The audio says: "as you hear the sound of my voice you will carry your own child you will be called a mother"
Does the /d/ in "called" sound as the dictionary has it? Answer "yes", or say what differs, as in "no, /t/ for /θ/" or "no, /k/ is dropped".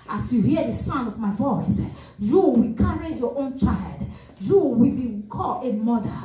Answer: no, /d/ is dropped